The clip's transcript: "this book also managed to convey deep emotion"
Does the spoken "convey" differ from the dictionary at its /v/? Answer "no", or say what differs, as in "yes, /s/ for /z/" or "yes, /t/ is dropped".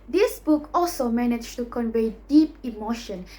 no